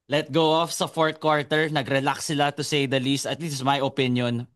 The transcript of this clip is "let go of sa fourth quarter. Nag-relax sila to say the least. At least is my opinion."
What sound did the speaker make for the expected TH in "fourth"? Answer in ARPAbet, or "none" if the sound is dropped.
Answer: T